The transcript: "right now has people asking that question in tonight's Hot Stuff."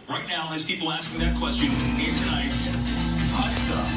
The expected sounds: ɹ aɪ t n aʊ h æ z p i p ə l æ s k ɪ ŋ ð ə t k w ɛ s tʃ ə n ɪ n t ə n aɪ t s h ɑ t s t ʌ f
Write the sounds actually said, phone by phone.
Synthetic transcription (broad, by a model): ɹ aɪ t n aʊ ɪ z p i p l æ s k ɪ ŋ ð ə t k w ɛ s tʃ ə n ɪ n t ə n aɪ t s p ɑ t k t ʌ